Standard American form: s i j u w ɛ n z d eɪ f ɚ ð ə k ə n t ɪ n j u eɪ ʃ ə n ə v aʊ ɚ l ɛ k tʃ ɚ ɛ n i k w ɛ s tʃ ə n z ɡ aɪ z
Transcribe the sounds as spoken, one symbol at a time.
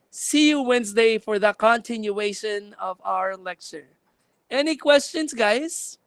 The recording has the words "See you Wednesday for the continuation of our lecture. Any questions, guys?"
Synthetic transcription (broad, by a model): s i j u w ɛ n z d eɪ f ɚ ð ə k ə n t ɪ n j u eɪ ʃ ə n ə v aʊ ɚ l ɛ k tʃ ɚ ɛ n i k w ɛ s tʃ ə n z ɡ aɪ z